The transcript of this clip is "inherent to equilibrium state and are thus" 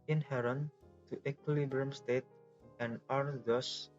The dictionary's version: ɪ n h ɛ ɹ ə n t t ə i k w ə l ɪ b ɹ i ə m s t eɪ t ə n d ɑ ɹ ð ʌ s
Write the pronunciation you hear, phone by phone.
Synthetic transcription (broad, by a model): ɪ n h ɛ ɹ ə n t t ə k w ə l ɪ b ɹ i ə m s t eɪ t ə n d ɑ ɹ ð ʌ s